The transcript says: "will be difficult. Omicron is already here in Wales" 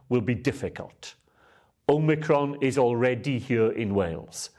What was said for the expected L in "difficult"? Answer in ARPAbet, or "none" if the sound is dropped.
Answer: L